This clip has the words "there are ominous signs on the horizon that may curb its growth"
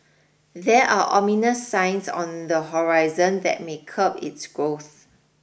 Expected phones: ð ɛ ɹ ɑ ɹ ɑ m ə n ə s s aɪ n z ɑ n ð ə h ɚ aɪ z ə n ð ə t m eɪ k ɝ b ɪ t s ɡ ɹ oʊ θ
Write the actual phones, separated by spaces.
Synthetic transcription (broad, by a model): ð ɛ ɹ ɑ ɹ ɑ m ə n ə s s aɪ n s ɑ n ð ə h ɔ aɪ z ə n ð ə t m eɪ k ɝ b ɪ t s ɡ ɹ oʊ θ